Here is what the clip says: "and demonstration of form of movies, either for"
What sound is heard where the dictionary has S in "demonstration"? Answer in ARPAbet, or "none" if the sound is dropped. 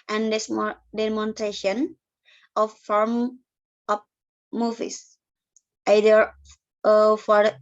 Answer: none